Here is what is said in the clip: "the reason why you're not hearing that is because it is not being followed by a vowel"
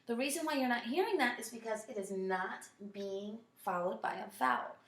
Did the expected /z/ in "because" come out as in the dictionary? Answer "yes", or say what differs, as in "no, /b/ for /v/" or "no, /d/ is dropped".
yes